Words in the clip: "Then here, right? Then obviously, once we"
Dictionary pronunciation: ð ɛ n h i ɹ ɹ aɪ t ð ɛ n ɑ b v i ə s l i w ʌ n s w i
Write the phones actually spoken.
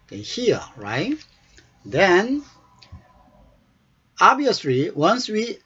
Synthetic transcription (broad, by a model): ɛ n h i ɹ ɹ aɪ t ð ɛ n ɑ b i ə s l i w ʌ n s w i